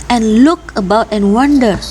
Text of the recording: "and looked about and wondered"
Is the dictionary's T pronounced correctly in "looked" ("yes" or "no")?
no